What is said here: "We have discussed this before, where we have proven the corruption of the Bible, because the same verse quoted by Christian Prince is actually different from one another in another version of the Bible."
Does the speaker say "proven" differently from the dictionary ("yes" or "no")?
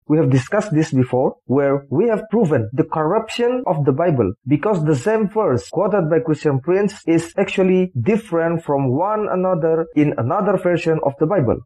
no